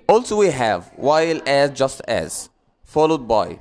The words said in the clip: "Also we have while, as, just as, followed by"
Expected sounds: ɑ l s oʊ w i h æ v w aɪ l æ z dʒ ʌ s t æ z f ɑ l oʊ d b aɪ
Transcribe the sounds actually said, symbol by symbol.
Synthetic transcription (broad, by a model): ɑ l s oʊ w i h æ v w aɪ l æ z dʒ ʌ s t æ z f ɑ l oʊ d b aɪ